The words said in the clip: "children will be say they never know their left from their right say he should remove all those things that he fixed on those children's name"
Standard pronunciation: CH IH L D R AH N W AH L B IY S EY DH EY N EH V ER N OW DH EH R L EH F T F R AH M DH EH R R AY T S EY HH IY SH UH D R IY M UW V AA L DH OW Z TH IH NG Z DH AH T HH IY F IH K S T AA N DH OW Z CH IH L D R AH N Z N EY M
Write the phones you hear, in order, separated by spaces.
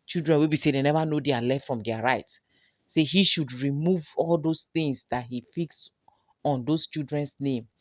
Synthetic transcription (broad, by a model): CH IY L D R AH N W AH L B IY S EY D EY N EH V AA N OW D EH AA L EH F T F R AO M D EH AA R AY T S EY HH IY SH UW D R IY M UW V AA L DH OW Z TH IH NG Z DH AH T HH IY F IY K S AA N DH OW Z CH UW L D R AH N S N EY M